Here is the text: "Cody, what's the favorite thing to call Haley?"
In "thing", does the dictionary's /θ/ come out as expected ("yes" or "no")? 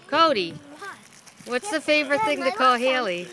yes